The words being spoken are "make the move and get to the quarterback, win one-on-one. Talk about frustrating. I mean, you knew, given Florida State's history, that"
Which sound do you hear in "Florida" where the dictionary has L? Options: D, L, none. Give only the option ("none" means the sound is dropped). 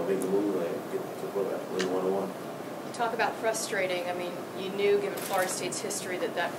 none